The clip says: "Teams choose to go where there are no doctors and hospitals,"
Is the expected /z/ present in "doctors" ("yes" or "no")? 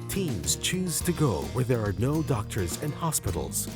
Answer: yes